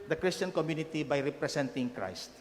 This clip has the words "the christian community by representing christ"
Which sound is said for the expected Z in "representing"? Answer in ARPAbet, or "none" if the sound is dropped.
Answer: S